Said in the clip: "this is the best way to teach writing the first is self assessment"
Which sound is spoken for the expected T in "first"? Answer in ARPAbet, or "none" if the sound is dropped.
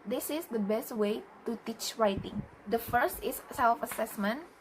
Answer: T